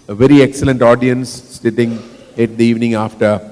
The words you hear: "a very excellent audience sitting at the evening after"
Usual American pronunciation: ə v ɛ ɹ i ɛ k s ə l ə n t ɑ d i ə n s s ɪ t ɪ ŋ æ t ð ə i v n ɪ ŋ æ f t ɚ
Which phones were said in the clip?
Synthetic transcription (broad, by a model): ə v ɛ ɹ i ɛ k s ə l ə n t ɑ d i ə n s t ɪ t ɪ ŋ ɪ t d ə i v n ɪ ŋ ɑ f t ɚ